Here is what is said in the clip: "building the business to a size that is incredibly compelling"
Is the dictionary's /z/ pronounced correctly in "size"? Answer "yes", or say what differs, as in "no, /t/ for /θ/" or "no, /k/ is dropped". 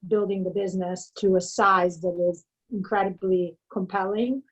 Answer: yes